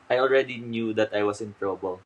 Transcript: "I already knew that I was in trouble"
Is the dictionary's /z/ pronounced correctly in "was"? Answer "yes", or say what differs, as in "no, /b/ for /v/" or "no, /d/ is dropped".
no, /s/ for /z/